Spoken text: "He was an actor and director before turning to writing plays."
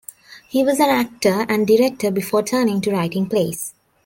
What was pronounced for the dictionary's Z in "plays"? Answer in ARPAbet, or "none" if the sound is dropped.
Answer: S